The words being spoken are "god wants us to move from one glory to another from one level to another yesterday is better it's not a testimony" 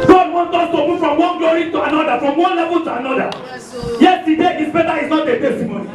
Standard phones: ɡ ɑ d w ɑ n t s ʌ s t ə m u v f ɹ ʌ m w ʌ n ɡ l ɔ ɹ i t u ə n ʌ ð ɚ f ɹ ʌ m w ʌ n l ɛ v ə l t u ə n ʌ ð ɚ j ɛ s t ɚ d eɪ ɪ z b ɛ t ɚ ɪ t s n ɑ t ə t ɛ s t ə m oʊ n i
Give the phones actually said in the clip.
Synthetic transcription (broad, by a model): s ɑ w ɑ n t ɔ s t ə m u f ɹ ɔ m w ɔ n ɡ ɔ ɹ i t u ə n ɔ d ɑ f ɹ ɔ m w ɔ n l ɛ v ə n t u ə n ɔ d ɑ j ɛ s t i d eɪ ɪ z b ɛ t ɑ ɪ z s n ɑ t ə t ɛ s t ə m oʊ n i